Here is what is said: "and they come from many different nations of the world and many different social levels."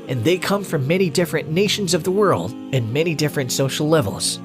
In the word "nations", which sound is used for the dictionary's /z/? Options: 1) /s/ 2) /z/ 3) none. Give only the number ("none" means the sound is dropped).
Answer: 2